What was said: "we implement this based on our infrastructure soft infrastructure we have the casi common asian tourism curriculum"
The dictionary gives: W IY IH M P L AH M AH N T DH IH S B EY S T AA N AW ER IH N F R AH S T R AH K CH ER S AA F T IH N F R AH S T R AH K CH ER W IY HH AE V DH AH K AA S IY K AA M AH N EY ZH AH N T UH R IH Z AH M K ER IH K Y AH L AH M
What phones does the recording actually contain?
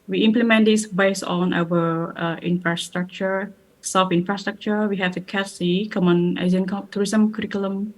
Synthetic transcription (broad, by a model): W IY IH M P L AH M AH N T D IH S B EY S T AA N AW ER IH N F R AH S T R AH K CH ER S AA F IH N F R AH S T R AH K CH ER W IY HH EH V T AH K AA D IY K AA M AH N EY Z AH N T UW R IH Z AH M K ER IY K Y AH L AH M